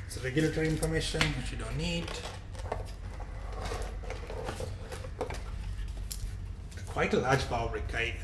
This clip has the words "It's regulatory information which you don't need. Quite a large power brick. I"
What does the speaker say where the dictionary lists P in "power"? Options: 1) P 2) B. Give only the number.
2